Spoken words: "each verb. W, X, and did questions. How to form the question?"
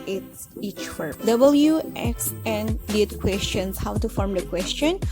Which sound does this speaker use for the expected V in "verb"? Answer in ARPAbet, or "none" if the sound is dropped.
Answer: W